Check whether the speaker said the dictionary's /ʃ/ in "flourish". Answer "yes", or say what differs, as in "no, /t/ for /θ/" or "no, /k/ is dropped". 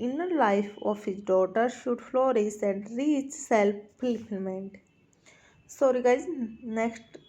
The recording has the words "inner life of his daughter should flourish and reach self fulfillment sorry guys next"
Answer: no, /s/ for /ʃ/